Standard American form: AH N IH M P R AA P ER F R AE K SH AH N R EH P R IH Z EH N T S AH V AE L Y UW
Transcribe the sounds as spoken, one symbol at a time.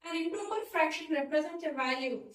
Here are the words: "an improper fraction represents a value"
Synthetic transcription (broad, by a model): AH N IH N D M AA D F R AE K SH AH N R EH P R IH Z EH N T AH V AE L Y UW